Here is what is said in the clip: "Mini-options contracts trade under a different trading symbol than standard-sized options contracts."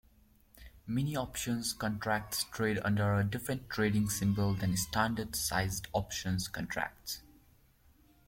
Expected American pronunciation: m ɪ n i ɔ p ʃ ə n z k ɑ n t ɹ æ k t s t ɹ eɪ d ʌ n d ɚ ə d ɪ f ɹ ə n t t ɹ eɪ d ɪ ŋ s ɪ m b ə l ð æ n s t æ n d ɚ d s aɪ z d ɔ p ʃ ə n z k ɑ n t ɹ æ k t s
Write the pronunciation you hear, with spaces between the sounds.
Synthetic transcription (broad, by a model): m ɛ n i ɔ p ʃ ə n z k ɑ n t ɹ æ k t s t ɹ eɪ d ʌ n d ɚ ə d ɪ f ɹ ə n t t ɹ eɪ d ɪ ŋ s ɪ m b ə l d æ n s t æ n d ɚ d s aɪ z d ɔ p ʃ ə n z k ɑ n t ɹ æ k t s